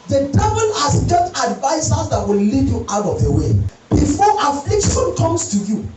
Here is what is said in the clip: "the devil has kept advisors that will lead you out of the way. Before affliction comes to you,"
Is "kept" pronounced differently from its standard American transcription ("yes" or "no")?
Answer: yes